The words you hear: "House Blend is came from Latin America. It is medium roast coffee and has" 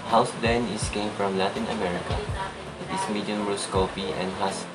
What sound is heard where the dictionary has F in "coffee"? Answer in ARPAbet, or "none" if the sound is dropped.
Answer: P